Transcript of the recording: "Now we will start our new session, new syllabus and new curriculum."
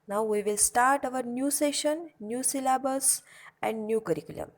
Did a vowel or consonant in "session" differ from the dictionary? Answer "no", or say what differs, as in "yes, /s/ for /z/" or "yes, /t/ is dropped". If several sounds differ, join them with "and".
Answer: no